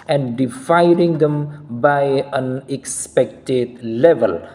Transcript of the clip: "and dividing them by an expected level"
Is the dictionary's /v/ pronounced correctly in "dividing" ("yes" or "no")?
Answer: no